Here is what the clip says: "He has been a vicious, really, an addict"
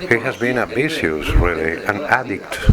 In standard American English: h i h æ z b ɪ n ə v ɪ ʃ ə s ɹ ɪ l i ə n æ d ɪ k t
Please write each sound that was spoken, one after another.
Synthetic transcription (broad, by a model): h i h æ z b ɪ n ə b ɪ s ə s ɹ ɪ l i ə n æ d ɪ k t